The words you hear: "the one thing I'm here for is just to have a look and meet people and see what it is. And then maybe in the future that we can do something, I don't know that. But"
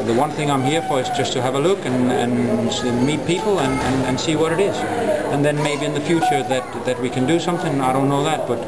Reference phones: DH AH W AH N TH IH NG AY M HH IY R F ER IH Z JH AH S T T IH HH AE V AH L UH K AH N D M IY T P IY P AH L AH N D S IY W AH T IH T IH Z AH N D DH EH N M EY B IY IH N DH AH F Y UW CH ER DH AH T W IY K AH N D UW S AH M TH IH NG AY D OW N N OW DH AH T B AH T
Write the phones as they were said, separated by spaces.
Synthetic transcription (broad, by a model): DH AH W AH N TH IH NG AY M HH IY R F ER IH Z JH AH S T T IH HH V AH L UH K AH N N M IY T P IY P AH N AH N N S IY W AH T IH T IH Z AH N DH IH N M EY B IY IH N DH AH F Y UW CH ER DH AH T W IY K AH N D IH S AH M TH IH NG AY D OW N N OW DH AH T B AH T